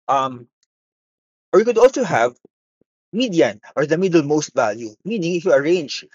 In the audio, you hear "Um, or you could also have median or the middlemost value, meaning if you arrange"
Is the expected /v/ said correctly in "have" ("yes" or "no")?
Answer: yes